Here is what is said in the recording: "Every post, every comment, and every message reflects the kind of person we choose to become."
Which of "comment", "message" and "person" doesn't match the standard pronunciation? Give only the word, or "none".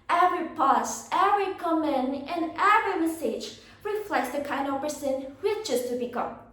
comment